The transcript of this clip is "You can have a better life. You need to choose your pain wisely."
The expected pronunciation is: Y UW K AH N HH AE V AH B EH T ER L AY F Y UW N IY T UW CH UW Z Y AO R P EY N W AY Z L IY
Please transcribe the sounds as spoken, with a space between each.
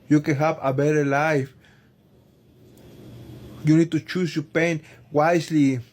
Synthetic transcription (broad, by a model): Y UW K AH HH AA P AH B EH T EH L AY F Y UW N IY T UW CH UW S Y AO P EY N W AY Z L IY